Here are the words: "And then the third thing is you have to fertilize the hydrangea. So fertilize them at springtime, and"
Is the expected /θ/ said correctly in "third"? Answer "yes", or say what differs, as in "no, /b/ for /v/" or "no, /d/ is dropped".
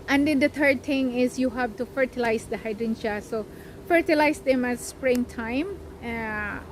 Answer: no, /t/ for /θ/